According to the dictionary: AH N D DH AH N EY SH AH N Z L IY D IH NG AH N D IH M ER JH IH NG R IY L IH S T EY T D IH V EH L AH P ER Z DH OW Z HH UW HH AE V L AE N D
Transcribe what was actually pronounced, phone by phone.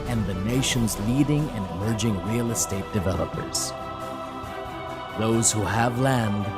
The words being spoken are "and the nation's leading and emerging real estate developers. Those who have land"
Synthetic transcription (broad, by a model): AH N DH AH N EY SH AH N Z L IY D IH NG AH N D IH M ER JH IH NG R IY L IH S T EY T D IH V EH L AH P ER Z DH OW Z HH UW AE V L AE N D